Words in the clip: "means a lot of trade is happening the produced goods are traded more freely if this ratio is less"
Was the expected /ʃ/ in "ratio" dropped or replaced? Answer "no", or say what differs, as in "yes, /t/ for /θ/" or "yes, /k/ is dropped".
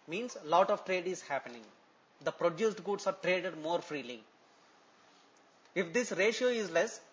no